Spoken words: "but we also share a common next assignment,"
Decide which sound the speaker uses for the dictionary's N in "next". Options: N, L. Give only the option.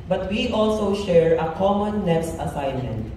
L